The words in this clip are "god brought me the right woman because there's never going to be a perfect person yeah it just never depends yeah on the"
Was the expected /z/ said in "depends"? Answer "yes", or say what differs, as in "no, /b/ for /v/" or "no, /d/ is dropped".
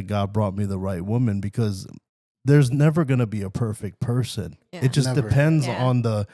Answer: yes